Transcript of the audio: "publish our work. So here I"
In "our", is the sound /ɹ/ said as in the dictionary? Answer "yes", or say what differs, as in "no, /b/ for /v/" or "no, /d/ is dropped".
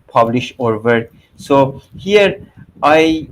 yes